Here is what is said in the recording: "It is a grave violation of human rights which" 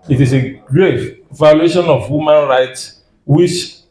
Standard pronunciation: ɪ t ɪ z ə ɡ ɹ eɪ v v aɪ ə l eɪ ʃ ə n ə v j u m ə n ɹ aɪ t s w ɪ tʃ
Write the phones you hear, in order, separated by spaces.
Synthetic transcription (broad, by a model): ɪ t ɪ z ə ɡ ɹ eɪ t v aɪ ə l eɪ ʃ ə n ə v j u m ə n ɹ aɪ t s w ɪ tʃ